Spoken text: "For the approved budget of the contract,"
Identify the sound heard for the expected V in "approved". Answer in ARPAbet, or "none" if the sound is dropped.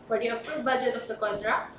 none